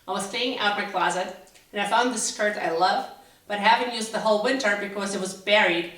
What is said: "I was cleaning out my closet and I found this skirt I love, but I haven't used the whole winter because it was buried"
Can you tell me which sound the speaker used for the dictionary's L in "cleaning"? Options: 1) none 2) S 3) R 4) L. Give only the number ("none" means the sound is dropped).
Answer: 1